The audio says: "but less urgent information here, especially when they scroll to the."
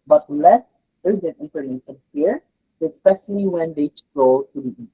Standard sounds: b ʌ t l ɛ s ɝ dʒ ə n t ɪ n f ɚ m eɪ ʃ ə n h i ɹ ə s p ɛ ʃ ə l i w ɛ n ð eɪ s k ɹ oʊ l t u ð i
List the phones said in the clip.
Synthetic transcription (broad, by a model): b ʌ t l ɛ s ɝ z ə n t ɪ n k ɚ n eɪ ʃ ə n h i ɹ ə s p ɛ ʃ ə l i w ɛ n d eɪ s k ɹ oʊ t u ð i